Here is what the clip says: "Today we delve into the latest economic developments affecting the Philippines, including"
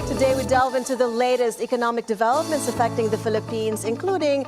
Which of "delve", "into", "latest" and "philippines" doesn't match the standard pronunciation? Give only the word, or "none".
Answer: none